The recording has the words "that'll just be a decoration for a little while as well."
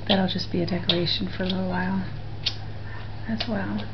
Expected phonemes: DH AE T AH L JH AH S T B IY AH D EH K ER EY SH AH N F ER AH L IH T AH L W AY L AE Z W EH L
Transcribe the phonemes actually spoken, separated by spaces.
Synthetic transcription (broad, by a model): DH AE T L JH AH S B IY AH D EH K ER EY SH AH N F ER AH L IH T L W AY L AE S W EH L